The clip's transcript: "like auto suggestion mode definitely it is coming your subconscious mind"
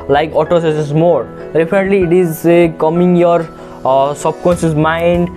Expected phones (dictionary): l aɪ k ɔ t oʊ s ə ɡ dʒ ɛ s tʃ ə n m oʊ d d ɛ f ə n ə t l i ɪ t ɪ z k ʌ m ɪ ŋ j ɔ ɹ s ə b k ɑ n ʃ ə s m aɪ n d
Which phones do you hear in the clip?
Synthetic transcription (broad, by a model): l aɪ k ɔ t oʊ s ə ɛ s ə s m oʊ d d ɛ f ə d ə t l i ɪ t ɪ z k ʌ m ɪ ŋ j ɔ ɹ s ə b k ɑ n s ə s m aɪ n d